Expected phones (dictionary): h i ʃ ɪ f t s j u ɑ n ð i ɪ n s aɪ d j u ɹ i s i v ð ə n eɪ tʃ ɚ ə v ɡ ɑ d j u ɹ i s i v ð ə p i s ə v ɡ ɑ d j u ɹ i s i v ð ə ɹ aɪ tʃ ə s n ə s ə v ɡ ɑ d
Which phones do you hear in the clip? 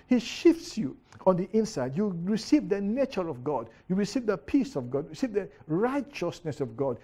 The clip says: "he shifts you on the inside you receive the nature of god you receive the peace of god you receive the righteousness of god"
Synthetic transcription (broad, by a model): h i ʃ ɪ f t s j u ɑ n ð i ɪ n s aɪ d j u ɹ i s i v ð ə n eɪ tʃ ɚ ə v ɡ ɑ d j u ɹ i s i v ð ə p i s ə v ɡ ɑ d ɹ i s i v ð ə ɹ aɪ tʃ ə s n ə s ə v ɡ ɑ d